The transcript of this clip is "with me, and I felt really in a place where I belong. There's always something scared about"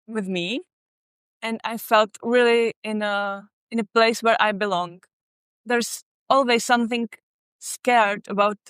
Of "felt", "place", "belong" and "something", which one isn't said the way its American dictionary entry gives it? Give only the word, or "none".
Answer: none